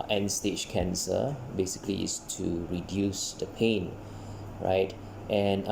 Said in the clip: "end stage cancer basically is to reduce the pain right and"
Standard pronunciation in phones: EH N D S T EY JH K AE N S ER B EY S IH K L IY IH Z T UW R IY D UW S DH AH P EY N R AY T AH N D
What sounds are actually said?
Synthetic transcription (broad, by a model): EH N S T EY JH K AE N S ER B EY S IH K L IY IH S T UW R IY D UW S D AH P EY N R AY T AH N